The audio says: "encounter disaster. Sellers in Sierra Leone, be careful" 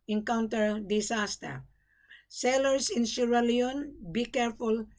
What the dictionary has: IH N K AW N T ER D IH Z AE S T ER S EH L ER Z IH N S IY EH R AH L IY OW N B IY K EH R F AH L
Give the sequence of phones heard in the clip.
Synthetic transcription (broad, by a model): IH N K AW N T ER D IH S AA S T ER S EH L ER S IH N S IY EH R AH L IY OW N B IY K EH R F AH L